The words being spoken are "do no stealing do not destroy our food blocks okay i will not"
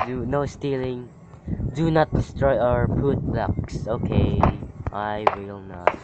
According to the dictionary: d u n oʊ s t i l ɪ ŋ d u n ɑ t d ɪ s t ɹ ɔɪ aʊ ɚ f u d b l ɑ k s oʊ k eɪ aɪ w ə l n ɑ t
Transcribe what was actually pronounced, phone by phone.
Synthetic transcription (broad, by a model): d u n oʊ s t i l ɪ ŋ d u n ɑ t d ɪ s t ɹ ɔɪ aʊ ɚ p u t b l ɑ k s oʊ k eɪ aɪ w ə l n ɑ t